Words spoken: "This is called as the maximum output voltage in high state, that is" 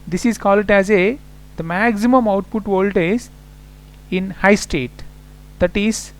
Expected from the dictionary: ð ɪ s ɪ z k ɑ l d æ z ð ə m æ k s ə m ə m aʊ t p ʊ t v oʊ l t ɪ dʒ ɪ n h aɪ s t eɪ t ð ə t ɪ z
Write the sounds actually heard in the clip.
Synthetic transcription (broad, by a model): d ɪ s ɪ z k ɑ l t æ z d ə m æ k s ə m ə m aʊ t p ʊ t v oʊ l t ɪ z ɪ n h aɪ s t eɪ t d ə t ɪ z